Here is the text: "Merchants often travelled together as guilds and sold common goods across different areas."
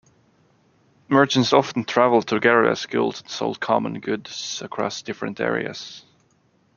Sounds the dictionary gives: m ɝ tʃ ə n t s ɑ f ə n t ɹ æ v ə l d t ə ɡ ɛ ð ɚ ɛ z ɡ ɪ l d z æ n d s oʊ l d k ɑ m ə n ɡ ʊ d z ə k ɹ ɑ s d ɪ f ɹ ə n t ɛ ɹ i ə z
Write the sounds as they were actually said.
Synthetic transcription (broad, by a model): m ɝ tʃ ə n t s ɑ f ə n t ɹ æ v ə l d t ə ɡ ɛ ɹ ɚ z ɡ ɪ l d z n s oʊ l d k ɑ m ə n ɡ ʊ d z ə k ɹ ɑ s d ɪ f ɹ ə n t ɛ ɹ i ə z